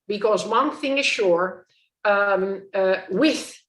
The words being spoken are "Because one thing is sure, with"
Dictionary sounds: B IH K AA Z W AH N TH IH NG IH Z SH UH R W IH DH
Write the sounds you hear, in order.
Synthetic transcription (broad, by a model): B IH K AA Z W AH N TH IH NG IH Z SH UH R W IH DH